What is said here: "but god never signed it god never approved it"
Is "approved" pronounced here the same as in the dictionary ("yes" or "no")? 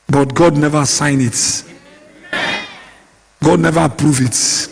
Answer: no